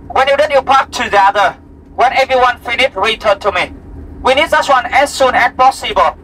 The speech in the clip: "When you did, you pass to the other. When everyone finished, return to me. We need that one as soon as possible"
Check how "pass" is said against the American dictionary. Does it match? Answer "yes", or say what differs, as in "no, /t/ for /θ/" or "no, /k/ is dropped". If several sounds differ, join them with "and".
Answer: no, /s/ is dropped